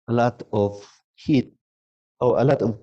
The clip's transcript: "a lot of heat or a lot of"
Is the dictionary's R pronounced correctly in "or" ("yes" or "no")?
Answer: no